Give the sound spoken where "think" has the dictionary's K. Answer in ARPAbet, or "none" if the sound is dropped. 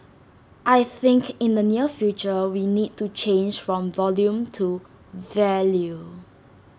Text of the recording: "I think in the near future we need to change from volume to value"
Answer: K